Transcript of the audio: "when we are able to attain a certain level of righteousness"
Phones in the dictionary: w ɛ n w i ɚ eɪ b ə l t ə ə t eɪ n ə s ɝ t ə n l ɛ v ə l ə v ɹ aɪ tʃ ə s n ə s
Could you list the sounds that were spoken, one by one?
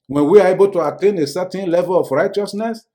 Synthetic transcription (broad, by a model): w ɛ n w i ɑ eɪ b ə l t ə ə t eɪ n ə s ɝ t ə n l ɛ v ə l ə f ɹ aɪ tʃ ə s n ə s